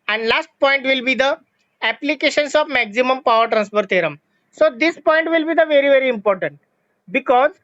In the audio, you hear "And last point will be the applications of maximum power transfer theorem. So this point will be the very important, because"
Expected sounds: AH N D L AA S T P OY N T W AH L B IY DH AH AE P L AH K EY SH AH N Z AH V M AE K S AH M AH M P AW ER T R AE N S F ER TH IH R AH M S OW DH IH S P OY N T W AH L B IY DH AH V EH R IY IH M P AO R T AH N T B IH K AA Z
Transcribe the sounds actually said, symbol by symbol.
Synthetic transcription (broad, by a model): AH N D L AA S T P OY N T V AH L B IY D AH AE P L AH K EY SH AH N S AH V M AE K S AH M AH M P AW ER T R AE N S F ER T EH R AH M S OW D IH S P OY N T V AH L B IY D AH V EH R IY IH M P AO R T AH N T B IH K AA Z